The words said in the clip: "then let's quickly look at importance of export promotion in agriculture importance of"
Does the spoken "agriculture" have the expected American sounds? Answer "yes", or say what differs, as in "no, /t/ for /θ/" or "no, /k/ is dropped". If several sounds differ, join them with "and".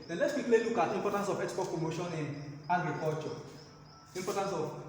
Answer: no, /l/ is dropped